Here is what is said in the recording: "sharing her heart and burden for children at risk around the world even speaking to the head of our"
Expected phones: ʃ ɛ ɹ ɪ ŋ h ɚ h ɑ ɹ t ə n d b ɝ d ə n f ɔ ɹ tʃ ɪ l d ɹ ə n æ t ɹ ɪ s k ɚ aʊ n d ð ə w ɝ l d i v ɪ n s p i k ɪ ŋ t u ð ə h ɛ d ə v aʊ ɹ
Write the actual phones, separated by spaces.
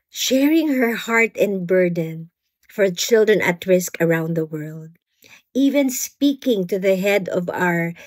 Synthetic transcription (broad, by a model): ʃ ɛ ɹ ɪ ŋ h ɚ h ɑ ɹ t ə n b ɝ d ə n f ɔ ɹ tʃ ɪ l d ɹ ə n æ t ɹ ɪ s k ɚ aʊ n d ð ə w ɝ l d i v ɪ n s p i k ɪ ŋ t u ð ə h ɛ d ə v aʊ ɹ